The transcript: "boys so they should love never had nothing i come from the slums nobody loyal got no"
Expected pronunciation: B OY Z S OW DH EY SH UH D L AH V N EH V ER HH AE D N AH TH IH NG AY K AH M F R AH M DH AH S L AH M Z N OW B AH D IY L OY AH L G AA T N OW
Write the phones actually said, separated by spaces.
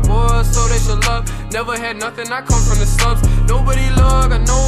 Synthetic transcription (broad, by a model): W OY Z S OW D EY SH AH L AH V N EH V ER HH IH D N AH TH IH NG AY K AH M F R AH M DH AH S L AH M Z N OW B AH D IY L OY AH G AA N OW